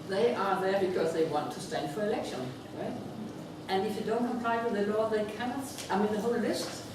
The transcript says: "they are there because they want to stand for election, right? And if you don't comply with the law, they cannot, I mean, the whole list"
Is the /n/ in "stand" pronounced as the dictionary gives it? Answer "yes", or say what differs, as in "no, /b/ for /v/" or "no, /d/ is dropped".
yes